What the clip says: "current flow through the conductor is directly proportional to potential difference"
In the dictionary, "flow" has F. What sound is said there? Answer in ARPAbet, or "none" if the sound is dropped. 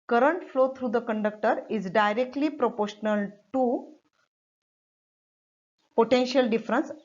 F